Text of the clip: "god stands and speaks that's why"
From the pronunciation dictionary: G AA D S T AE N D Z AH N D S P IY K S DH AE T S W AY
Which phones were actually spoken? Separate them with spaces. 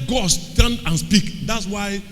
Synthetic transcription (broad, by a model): G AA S T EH N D AH N S P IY K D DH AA T S W AY